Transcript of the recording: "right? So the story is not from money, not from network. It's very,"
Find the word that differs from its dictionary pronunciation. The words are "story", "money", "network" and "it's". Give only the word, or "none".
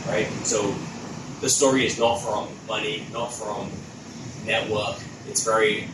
none